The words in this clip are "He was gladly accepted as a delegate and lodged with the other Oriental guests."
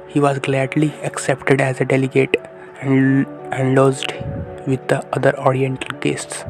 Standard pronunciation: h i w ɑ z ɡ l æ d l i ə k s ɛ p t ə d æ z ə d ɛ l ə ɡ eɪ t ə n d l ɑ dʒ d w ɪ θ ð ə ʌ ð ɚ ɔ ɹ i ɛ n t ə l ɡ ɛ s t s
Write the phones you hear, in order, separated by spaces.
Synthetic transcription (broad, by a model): h i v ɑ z ɡ l æ d l i ə k s ɛ p t ə d æ z ə d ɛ l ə ɡ eɪ t ə n d l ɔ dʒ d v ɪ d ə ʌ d ɚ ɔ ɹ i ɛ n t ə l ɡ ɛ s t s